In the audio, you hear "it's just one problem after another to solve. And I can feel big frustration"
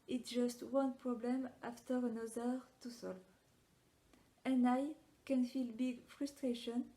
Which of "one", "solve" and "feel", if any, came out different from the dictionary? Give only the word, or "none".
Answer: none